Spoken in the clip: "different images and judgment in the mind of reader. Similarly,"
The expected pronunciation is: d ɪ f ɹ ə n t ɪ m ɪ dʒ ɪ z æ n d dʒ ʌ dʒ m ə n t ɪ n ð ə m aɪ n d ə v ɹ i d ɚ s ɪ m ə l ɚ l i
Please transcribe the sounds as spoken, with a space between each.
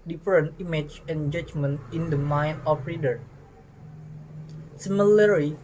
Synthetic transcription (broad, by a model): d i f ɹ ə n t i m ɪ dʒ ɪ n dʒ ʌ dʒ m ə n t ɪ n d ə m aɪ n ə f ɹ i d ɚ s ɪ m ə l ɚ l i